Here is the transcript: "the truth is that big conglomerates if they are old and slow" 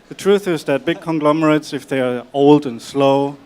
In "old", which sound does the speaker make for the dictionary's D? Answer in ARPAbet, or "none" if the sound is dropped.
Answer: D